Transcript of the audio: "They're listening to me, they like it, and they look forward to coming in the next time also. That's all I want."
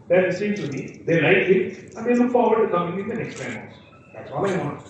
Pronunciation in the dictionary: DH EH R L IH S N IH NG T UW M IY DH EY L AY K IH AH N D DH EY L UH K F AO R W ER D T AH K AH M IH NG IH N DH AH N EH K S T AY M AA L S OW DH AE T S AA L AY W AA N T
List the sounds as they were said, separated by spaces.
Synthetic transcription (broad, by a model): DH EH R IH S IH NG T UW M IY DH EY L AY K IH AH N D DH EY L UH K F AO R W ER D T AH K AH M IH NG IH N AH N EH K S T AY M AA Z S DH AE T S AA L AY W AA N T